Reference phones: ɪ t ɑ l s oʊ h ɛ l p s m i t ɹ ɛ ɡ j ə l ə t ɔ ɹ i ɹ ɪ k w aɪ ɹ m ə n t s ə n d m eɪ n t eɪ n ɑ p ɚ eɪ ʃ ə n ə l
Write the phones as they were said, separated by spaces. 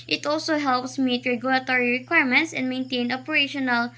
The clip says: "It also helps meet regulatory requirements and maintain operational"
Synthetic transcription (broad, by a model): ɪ t ɑ l s oʊ h ɛ l p s m i t ɹ ɛ ɡ j ə l ə t ɔ ɹ i ɹ ɪ k w aɪ ɹ m ə n t s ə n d m eɪ n t eɪ n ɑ p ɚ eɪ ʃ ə n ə l